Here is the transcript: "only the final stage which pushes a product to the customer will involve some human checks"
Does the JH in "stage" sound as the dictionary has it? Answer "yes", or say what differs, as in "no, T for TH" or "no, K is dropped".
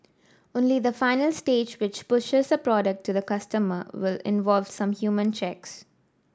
yes